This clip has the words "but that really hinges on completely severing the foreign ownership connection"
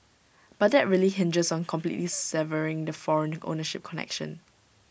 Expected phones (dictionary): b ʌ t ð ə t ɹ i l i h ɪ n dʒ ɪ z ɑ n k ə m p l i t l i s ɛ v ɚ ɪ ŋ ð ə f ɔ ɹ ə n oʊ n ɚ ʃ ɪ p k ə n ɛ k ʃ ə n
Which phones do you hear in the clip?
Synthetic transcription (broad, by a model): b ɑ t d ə t ɹ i l i h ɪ n dʒ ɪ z ɑ n k ə m p l i t l i s ɛ v ɚ ɪ ŋ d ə f ɔ ɹ ə n oʊ n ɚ ʃ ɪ p k ə n ɛ k ʃ ə n